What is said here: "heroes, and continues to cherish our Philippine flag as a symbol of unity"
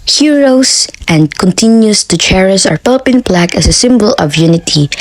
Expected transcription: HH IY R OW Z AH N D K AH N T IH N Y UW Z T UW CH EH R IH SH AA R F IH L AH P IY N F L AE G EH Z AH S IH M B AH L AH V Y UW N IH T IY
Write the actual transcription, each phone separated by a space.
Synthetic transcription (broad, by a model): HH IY R OW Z AH N D K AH N T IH N Y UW S T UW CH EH R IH S AA R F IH L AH P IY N P L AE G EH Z AH S IH M B AH L AH V Y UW N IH T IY